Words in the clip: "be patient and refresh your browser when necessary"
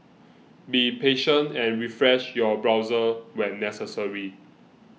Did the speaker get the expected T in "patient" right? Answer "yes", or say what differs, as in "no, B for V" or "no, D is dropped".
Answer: yes